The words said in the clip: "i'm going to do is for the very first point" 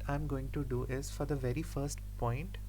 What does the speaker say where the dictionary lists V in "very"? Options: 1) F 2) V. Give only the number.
2